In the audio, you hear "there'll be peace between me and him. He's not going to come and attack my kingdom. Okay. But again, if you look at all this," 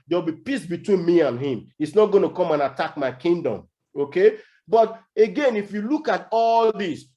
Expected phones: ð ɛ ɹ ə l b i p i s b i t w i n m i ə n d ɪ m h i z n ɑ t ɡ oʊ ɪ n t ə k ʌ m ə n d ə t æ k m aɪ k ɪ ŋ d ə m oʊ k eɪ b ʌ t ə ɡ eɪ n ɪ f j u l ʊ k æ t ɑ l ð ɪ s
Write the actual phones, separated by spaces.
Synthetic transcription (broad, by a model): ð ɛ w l b i p i s b i t w i n m i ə n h ɪ m h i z n ɑ t ɡ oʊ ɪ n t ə k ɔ m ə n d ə t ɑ k m aɪ k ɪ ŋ d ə m oʊ k eɪ b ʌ t ə ɡ eɪ n ɪ f j u l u k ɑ t ɑ l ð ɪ s